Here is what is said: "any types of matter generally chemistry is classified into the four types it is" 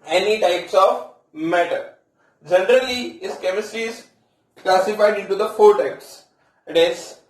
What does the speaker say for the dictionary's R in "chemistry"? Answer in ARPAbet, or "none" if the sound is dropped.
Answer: none